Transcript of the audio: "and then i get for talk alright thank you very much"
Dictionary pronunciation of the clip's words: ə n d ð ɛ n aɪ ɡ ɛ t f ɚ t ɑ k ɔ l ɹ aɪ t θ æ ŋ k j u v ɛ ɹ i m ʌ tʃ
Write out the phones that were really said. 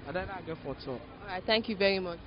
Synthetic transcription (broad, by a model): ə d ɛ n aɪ ɡ ɛ t f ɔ t ɑ k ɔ ɹ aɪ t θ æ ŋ k j u v ɛ ɹ i m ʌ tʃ